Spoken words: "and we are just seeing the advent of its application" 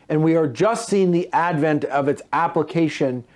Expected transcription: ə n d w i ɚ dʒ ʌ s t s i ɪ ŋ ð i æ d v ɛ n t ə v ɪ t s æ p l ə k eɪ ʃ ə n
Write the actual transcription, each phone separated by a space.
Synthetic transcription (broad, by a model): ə n w i ɚ dʒ ʌ s t s i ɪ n ð i æ d v ɛ n t ə v ɪ t s æ p l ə k eɪ ʃ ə n